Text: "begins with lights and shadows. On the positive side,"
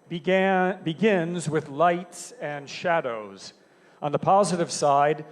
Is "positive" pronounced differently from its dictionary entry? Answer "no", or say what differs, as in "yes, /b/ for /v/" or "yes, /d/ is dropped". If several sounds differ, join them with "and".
no